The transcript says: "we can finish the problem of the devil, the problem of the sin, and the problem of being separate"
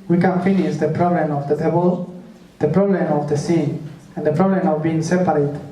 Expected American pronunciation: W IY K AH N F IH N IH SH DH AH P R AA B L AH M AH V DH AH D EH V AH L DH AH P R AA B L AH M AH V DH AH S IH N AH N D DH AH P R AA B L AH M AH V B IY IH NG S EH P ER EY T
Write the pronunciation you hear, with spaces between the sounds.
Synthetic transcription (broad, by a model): W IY K AH N F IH N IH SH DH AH P R AA B L AH M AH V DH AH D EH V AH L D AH P R AA B L AH M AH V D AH S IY AH N D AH P R AA B L AH M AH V B IY IH NG S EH P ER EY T